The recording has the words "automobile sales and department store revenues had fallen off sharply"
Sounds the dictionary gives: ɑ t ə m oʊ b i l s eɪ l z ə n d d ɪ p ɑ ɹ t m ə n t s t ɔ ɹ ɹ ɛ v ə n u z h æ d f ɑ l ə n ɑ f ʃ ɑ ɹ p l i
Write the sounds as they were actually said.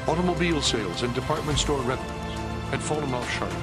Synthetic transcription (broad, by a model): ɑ t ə m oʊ b i l s eɪ l z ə n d d ɪ p ɑ ɹ t m ə n t s t ɔ ɹ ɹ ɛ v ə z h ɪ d f ɑ l ə n ɑ f ʃ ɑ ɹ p